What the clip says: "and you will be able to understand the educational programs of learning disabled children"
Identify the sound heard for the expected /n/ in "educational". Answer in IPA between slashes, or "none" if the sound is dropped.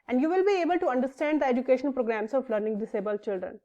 none